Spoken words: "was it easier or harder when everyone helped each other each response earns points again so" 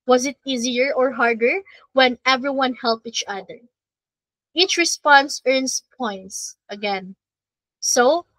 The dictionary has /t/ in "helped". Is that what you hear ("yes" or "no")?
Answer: no